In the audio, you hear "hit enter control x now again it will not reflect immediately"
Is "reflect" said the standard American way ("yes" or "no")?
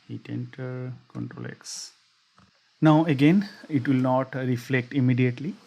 yes